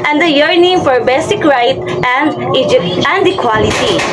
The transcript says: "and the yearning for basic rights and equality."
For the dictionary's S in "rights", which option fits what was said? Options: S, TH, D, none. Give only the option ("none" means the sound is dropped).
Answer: none